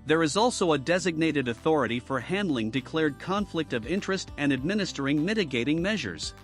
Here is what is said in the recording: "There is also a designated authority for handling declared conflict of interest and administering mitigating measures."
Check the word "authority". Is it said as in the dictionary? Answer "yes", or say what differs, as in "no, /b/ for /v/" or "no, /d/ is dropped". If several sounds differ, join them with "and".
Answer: yes